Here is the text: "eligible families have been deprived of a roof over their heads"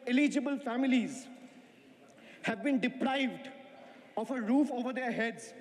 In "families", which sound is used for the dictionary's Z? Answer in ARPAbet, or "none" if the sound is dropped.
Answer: Z